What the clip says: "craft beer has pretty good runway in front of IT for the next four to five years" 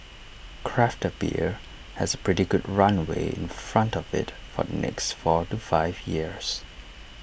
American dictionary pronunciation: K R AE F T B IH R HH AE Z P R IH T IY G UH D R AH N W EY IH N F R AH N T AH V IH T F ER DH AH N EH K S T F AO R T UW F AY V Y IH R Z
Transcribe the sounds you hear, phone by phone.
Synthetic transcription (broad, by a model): K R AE F T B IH R HH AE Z P R IH T IY G UH D R AH N W EY IH N F R AH N T AH V IH T F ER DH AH N EH K S T F AO R T UW F AY V Y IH R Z